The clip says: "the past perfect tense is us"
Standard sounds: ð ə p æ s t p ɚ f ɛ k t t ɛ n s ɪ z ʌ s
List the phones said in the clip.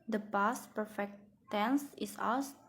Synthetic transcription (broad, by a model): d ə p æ s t p ɚ f ɛ k t t ɛ n s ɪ s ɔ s